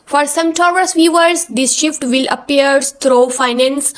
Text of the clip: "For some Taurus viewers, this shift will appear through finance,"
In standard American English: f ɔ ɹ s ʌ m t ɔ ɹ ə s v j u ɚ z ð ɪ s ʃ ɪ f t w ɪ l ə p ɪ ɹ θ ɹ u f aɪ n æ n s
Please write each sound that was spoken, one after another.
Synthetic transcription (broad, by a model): f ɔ ɹ s ʌ m t ɔ ɹ ə s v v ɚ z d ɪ s ʃ ɪ f t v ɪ l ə p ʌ ɹ t ɹ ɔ f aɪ n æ n s